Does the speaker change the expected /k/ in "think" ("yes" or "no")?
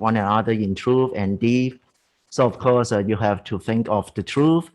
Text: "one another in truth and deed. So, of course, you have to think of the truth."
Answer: no